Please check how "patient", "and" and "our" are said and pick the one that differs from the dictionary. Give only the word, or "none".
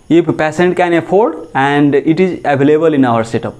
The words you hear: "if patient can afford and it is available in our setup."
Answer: patient